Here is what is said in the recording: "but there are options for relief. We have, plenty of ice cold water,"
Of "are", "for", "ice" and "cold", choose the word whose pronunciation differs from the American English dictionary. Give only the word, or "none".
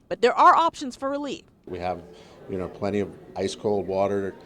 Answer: none